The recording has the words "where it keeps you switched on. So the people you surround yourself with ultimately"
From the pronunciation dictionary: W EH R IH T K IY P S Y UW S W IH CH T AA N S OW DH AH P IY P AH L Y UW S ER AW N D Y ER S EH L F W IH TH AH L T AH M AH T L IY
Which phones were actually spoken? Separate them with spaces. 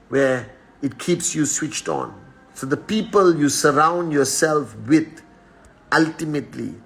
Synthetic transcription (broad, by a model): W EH IH T K IY P S Y UW S W IH CH T AA N S OW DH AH P IY P AH L Y UW S ER AW N D Y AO S EH L F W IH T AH L T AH M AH T L IY